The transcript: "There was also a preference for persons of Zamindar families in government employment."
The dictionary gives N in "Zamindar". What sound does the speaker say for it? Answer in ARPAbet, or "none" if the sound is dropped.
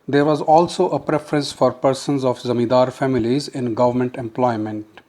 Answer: none